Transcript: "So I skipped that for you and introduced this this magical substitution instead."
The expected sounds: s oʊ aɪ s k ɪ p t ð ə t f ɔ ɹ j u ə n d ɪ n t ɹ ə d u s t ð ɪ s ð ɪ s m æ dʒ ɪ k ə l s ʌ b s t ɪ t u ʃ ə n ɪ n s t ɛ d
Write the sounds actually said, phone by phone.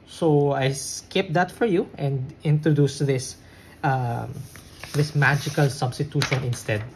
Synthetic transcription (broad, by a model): s oʊ aɪ s k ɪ p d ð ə t f ɔ ɹ j u ə n d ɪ n t ɹ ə d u s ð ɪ s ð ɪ s m æ dʒ ɪ k ə l s ʌ b s t ɪ t u ʃ ə n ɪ n s t ɛ d